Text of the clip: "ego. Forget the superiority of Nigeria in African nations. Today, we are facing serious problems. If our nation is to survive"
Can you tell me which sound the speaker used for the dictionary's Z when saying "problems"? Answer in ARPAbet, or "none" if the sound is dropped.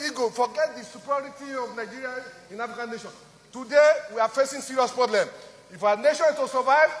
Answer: none